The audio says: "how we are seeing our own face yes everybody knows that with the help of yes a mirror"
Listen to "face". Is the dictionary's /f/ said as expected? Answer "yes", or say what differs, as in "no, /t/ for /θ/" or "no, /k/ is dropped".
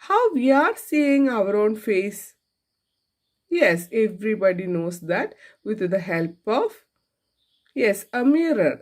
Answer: yes